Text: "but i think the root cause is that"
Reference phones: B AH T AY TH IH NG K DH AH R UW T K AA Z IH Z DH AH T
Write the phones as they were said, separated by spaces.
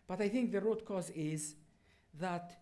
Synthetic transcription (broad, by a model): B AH T AY TH IH NG K DH AH R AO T K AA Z IH Z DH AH T